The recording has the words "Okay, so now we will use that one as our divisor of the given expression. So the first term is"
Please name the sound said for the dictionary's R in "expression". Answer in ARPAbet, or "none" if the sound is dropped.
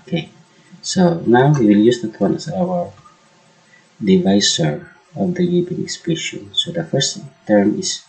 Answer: none